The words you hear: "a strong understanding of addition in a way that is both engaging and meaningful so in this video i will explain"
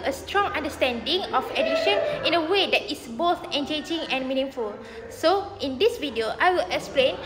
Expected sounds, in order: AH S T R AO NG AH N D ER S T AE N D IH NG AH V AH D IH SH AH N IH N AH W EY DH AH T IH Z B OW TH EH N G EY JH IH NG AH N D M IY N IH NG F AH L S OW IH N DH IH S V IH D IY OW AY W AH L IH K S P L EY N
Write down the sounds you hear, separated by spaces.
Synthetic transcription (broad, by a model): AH S T R AO NG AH N D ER S T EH N D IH NG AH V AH D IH SH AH N IH N AH W EY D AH T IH S B OW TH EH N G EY JH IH NG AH N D M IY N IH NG F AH L S OW IH N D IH S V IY D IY OW AY W AH L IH K S P L EY N